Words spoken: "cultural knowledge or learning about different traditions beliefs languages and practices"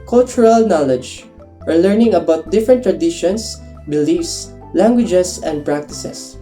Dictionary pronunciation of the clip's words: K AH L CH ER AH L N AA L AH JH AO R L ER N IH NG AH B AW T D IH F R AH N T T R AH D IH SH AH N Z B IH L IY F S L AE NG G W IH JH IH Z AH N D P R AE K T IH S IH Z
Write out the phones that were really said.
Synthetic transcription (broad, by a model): K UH L CH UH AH L N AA L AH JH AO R L ER N IH NG AH B AW T D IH F R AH N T T R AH D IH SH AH N S B IH L IY F S L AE NG G W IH JH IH S AH N D P R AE K T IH S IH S